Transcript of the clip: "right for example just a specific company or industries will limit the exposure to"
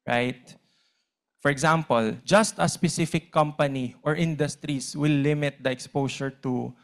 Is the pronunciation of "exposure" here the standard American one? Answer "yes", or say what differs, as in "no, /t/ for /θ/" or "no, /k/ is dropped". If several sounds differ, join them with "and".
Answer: no, /s/ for /ʒ/